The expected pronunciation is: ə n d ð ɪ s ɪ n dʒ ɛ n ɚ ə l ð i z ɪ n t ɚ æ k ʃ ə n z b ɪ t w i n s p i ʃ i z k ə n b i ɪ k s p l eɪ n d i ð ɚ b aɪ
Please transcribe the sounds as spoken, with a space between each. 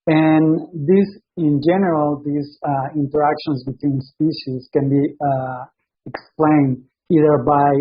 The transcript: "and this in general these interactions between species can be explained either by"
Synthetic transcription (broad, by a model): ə n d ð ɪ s ɪ n dʒ ɛ n ɚ ə l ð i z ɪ n t ɚ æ k ʃ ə n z b ɪ t w i n s p i ʃ i z k ə n b i ɪ k s p l eɪ n d i ð ɚ b aɪ